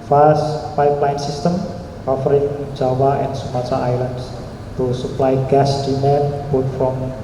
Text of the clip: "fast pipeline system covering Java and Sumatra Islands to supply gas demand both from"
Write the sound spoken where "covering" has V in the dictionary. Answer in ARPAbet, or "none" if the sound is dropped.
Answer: F